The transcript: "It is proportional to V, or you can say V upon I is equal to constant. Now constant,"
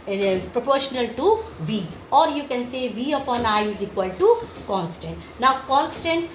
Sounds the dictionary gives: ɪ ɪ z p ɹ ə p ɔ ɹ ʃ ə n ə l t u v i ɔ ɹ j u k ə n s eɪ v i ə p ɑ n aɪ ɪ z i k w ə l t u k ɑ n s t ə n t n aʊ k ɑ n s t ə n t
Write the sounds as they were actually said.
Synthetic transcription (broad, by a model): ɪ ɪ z p ɹ ə p ɔ ɹ ʃ ə n ə l t u v i ɔ ɹ j u k ə n s eɪ v i ə p ɑ n aɪ ɪ z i k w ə l t u k ɑ n s t ə n t n aʊ k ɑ n s t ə n t